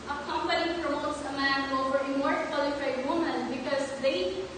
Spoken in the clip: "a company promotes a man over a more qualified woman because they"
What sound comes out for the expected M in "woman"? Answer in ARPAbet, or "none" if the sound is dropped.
M